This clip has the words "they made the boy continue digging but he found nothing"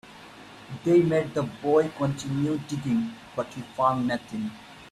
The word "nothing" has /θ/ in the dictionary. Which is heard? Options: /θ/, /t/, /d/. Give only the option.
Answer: /t/